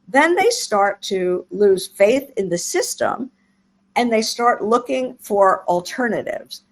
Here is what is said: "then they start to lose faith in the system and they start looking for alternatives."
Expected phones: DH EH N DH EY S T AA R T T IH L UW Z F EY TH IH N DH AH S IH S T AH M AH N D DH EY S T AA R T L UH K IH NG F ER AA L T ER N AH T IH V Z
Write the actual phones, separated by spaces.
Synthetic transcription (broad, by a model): DH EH N DH EY S T AA R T T IH L UW Z F EY TH IH N DH AH S IH S T AH M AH N DH EY S T AA R T L UH K IH NG F ER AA L T ER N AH T IH V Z